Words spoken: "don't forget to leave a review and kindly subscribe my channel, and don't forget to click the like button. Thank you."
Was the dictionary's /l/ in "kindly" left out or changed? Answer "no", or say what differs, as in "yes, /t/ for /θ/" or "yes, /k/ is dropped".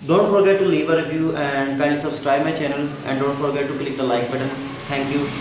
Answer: yes, /l/ is dropped